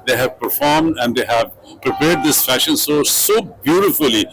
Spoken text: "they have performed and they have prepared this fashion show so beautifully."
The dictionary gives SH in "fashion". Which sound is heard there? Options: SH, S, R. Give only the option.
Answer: SH